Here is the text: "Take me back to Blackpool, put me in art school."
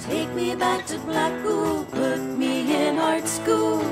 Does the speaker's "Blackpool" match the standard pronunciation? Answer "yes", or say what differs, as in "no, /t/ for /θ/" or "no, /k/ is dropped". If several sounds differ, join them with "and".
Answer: no, /b/ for /p/